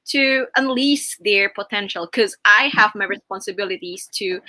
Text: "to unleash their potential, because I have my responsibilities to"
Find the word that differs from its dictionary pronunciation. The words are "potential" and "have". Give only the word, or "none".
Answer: none